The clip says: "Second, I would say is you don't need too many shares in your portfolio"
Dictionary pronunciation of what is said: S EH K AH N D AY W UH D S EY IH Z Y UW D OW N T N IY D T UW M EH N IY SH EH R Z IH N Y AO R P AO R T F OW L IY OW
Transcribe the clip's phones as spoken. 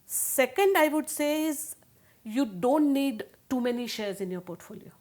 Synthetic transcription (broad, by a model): S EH K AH N D AY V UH D S EY IH Z Y UW D OW N T N IY D T UW M EH N IY SH EH R Z IH N Y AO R P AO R T F OW L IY OW